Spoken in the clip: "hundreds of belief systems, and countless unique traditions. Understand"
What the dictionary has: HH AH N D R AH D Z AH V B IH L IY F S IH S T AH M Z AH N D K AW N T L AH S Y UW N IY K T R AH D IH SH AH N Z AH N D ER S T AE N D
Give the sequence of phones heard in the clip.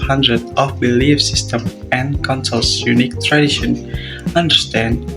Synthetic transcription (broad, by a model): HH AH N D R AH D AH F B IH L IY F S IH S T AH M AH N K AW N S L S Y UW N IY K T R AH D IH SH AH N AH N D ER S T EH N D